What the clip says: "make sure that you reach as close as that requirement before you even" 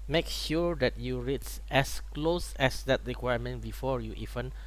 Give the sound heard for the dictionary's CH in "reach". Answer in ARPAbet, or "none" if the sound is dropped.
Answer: S